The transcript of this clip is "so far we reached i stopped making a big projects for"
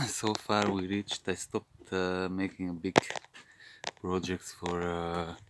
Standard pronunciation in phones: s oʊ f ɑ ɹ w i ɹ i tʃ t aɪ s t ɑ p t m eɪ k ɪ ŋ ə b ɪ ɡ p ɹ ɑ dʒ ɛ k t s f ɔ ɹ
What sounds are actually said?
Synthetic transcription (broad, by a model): s oʊ f ɑ ɹ w i ɹ i tʃ t aɪ s t ɑ p t m eɪ k ɪ ŋ ə b ɪ ɡ p ɹ ɑ dʒ ɛ k t s f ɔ ɹ